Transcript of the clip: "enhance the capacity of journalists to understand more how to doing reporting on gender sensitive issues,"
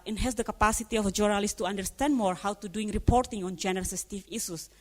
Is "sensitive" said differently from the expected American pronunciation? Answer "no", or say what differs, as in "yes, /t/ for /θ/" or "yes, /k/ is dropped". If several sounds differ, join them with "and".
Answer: yes, /n/ is dropped